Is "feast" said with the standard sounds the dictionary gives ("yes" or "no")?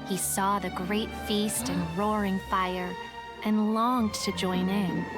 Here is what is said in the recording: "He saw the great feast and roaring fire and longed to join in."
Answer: yes